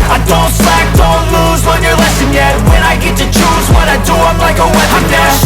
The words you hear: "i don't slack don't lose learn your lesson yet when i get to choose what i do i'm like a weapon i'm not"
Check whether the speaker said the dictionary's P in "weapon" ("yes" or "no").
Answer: no